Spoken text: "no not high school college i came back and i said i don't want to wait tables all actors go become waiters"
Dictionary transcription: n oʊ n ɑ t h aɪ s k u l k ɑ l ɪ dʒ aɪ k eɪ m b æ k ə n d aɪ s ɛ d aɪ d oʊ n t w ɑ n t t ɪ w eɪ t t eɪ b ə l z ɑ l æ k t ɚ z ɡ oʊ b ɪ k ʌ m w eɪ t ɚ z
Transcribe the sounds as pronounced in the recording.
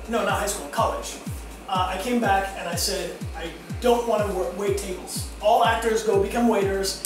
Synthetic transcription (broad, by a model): n oʊ n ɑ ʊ h aɪ s k u l k ɑ l ɪ dʒ aɪ k eɪ m b æ k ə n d aɪ s ɛ d aɪ d oʊ n t w ɑ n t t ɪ w eɪ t t eɪ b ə l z ɑ l æ k t ɚ z ɡ oʊ b ɪ k ʌ m w eɪ t ɚ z